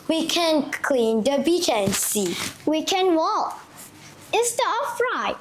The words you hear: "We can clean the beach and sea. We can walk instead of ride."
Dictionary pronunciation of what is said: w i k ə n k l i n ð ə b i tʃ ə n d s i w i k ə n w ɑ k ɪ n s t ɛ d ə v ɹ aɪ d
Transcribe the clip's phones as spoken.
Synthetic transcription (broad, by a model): w i k ə n k l i n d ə b i tʃ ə n s i w i k ə n w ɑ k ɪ s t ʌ ə f ɹ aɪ